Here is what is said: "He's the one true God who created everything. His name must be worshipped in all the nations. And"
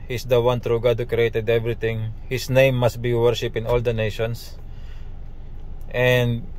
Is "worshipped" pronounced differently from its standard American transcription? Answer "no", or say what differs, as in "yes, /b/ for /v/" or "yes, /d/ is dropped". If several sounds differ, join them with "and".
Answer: yes, /t/ is dropped